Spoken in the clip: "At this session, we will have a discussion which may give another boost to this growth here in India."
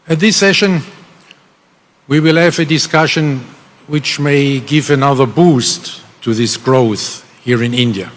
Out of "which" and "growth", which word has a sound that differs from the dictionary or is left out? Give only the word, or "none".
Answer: none